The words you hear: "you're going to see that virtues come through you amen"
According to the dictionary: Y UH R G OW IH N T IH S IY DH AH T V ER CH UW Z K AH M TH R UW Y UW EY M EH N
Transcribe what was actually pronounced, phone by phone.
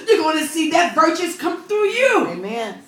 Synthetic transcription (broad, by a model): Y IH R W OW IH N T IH S IY DH AH T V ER CH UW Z K AH M TH R UW Y UW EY M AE N